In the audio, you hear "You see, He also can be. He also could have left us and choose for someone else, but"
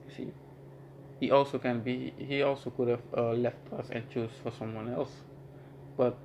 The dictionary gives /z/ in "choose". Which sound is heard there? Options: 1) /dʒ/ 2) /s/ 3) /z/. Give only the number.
2